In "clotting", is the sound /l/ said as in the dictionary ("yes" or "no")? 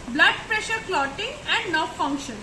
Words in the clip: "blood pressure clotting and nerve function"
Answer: yes